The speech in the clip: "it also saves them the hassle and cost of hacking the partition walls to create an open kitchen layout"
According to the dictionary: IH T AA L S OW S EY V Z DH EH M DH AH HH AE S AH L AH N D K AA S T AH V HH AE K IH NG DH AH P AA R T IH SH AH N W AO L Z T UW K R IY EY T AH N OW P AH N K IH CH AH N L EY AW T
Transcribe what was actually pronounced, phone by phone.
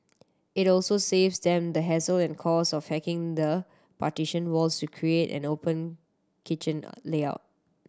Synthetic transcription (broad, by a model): IH T AA L S OW S EY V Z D EH M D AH HH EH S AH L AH N K AA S AH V HH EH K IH NG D AH P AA T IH SH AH N W AO L S T UW K R IY EY T AH N OW P AH N K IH CH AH N L EY AW T